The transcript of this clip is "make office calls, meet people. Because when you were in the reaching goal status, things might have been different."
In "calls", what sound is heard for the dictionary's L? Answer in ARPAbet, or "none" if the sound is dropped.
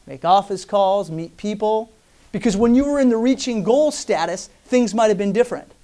L